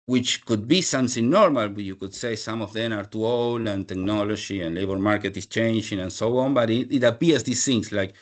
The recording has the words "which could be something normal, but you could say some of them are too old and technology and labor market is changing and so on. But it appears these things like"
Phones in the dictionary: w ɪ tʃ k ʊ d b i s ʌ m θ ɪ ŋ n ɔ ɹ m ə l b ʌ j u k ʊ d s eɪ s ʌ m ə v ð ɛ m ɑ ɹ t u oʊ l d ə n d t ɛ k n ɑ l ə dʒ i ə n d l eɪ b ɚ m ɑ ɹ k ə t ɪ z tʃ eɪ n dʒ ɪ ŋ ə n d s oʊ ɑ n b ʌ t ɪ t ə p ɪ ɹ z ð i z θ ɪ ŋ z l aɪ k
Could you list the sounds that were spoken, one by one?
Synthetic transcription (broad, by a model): w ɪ tʃ k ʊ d b i s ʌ m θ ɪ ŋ n ɔ ɹ m ə l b j u k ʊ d s eɪ s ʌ m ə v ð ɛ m ɑ ɹ t u oʊ l d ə n t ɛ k n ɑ l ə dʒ i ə n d l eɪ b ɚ m ɑ ɹ k ə t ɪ s tʃ eɪ n dʒ ɪ ŋ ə n s oʊ ɑ n b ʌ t ɪ t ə p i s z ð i s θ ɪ ŋ s l aɪ k